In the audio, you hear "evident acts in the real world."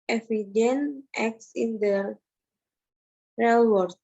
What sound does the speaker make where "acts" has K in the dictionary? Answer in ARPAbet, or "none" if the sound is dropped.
K